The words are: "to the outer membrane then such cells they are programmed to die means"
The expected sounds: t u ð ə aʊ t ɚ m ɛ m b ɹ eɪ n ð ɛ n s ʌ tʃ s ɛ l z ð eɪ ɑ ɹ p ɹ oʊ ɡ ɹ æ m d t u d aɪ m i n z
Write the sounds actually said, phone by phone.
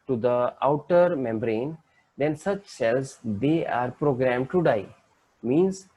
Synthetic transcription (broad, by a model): t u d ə aʊ t ɚ m ɛ m b ɹ eɪ n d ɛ n s ʌ tʃ s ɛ l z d eɪ ɑ ɹ p ɹ oʊ ɡ ɹ æ m d t u d aɪ m i n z